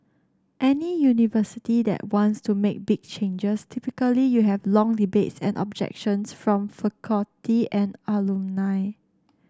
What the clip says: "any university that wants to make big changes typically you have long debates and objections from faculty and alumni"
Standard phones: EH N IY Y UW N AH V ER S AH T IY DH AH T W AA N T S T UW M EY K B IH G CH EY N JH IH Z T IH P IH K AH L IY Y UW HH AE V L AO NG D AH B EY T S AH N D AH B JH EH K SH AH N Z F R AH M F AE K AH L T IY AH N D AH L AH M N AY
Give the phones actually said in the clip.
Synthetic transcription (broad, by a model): EH N IY Y UW N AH V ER S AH T IY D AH T W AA N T S T UW M EY K B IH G CH EY N JH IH S T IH P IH K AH L IY Y UW HH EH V L AO NG D AH B EY T S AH N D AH B JH EH K SH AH N S F R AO M F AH K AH T IY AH N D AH L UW N AY